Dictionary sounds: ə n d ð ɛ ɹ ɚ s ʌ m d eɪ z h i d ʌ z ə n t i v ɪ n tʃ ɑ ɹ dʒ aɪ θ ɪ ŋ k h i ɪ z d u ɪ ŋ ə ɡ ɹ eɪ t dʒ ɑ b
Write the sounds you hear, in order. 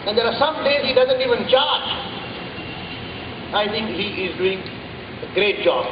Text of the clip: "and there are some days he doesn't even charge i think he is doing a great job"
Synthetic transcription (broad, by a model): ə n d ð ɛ ɹ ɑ s ʌ m d eɪ z h i d ʌ z ə n t i v ɪ n tʃ ɑ ɹ dʒ aɪ t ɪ ŋ k h i ɪ z d u ɪ ŋ ə ɡ ɹ eɪ t dʒ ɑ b